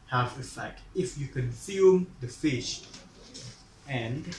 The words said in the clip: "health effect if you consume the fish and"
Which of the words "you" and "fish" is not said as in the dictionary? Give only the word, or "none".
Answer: none